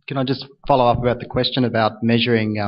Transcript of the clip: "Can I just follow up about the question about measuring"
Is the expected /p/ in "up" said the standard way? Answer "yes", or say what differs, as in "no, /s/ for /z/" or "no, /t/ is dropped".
yes